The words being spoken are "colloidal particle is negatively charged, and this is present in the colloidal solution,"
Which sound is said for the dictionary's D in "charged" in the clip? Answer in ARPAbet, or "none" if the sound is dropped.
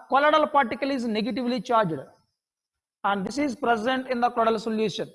D